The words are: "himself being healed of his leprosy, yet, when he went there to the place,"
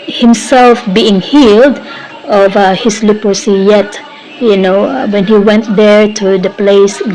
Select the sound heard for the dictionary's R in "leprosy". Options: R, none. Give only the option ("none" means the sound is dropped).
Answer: none